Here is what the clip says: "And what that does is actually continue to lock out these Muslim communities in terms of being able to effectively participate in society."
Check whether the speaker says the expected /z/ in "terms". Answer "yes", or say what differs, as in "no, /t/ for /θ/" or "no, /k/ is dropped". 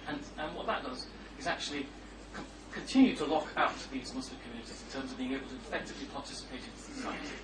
yes